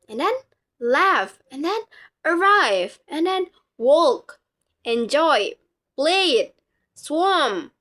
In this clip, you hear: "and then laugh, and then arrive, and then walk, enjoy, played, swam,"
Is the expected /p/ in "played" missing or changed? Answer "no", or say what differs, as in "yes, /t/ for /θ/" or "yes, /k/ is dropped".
yes, /b/ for /p/